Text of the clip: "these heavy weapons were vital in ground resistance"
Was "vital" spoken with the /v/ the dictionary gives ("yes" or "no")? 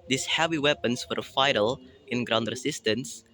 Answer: no